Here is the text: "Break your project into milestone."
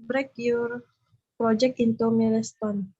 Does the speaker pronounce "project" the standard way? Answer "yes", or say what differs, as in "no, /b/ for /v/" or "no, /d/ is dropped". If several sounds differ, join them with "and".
no, /t/ is dropped